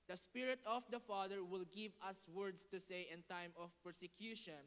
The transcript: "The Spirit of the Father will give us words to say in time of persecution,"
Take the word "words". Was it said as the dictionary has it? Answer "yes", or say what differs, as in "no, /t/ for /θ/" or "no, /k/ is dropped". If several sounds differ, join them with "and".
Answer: no, /s/ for /z/